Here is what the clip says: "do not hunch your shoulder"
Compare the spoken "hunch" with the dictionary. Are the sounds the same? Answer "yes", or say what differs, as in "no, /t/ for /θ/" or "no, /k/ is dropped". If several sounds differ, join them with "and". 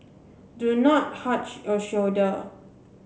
no, /n/ is dropped